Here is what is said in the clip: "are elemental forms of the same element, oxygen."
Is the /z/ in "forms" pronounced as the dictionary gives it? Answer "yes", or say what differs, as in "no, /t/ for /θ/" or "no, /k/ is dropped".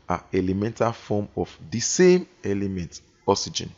no, /z/ is dropped